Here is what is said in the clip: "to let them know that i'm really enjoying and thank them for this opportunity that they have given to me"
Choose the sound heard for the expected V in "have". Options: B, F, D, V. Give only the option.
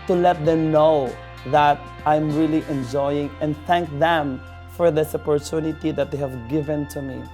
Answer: V